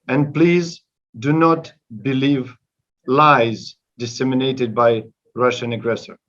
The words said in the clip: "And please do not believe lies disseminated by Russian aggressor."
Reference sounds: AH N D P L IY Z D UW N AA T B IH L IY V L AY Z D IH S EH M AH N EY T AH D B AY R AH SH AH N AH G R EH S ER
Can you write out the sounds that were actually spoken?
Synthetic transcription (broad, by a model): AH N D P L IY Z D UW N AA T B IH L IY V L AY Z D IH S EH M AH N EY T AH D B AY R AH SH AH N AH G R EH S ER